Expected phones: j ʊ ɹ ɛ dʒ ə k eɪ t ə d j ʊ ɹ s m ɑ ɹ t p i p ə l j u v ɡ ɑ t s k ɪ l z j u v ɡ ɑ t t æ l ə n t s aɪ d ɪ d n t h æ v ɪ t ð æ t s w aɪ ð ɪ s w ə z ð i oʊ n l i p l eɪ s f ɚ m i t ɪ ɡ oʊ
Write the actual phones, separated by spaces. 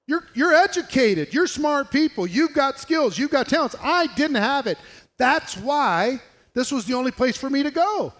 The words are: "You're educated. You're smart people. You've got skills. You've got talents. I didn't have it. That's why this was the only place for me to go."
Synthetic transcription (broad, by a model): j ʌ ɹ ɛ dʒ ə k eɪ t ə d j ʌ ɹ s m ɑ ɹ t p i p l j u v ɡ ɑ t s k ɪ l z j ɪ v ɡ ɑ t t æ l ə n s aɪ d ɪ d n t h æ v ɪ t ð æ t s w aɪ ð ɪ s w ə z ð i oʊ n l i p l eɪ s f ɚ m i t ɪ ɡ oʊ